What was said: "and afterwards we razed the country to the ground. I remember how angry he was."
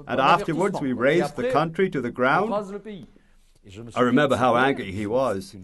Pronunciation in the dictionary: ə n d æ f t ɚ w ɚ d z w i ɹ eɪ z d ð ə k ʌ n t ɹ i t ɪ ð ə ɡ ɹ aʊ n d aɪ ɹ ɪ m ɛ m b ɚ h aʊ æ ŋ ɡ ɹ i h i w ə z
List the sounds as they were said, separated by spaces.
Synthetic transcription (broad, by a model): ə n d æ f t ɚ w ɚ d z w i ɹ eɪ z ð ə k ʌ n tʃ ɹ i t ɪ ð ə ɡ ɹ aʊ n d aɪ ɹ ɪ m ɛ m b ɚ h aʊ æ ŋ ɡ ɹ i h i w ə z